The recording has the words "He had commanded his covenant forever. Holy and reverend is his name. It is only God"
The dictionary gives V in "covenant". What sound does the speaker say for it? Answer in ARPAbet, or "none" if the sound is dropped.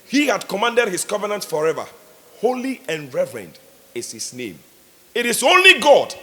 V